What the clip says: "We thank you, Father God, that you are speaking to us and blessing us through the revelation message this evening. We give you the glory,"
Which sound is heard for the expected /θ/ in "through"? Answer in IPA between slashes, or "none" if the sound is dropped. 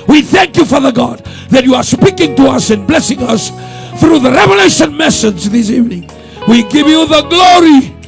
/θ/